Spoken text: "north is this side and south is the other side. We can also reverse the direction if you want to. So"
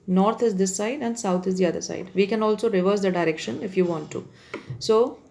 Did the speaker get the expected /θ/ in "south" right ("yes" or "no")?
no